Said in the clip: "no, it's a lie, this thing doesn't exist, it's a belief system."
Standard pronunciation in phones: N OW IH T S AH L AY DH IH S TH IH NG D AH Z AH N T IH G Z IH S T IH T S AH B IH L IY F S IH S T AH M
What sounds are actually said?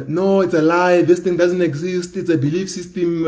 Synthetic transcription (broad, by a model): N OW IH T S AH L AY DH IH S T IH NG D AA Z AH N T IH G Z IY S T IH T S AH B IH L IY F S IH S T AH M